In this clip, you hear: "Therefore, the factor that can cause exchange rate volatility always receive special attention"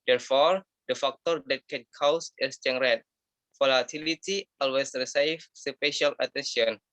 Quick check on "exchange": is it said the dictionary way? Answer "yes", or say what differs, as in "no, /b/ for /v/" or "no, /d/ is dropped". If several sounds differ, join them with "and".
no, /k/ is dropped